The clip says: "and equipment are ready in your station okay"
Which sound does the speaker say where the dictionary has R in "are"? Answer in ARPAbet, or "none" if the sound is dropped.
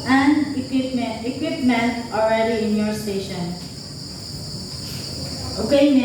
L